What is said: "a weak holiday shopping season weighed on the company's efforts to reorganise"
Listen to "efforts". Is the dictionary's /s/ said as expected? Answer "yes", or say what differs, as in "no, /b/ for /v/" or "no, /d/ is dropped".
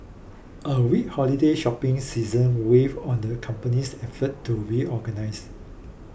no, /s/ is dropped